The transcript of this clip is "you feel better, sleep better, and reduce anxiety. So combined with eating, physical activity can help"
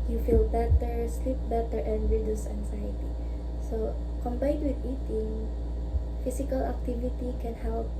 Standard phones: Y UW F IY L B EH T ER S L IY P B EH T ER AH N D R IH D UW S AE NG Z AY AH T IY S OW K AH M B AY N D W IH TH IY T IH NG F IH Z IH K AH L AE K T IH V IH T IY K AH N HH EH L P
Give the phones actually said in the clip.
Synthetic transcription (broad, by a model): Y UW F IY L B EH T ER S L IY P B EH T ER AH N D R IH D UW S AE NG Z AY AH T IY S OW K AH M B AY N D W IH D IY T IH NG F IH S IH K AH L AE K T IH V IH T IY K AH N HH EH L P